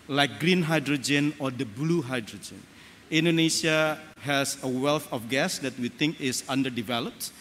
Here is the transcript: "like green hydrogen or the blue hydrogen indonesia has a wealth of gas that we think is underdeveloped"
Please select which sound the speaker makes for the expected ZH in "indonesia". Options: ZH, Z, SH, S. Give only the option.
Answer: S